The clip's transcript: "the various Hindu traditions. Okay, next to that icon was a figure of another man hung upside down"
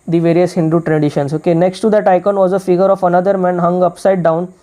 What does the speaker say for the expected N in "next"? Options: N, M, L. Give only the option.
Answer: N